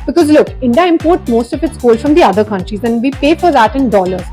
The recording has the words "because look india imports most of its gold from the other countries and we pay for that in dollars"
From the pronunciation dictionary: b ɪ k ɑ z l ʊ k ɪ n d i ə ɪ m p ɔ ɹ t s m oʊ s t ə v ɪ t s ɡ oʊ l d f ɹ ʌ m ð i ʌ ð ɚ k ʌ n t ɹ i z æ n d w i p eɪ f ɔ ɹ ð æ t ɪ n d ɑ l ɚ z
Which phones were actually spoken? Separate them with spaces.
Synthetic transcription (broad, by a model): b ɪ k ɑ z l ʊ k ɪ n d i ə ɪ m p ɔ ɹ t m oʊ s t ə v ɪ t s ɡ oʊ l f ɹ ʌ m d i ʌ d ɚ k ʌ n t ɹ i z æ n d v i p eɪ f ɔ ɹ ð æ t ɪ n d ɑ l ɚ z